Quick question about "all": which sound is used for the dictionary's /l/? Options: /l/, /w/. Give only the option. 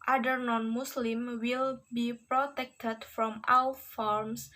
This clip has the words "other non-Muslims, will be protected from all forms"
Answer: /w/